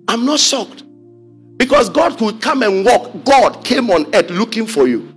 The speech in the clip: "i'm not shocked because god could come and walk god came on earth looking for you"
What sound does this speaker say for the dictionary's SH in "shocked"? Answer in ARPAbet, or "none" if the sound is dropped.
S